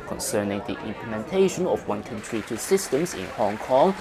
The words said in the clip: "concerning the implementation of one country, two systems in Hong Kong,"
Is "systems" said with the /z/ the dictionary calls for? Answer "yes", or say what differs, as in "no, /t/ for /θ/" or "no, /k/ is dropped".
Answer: no, /s/ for /z/